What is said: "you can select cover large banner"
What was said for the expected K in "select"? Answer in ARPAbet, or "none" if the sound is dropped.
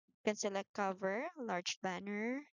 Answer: none